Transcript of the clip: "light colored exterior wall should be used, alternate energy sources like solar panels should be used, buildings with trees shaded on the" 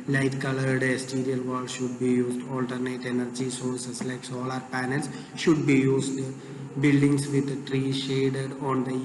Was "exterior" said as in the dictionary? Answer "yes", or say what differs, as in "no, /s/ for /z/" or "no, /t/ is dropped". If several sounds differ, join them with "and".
no, /k/ is dropped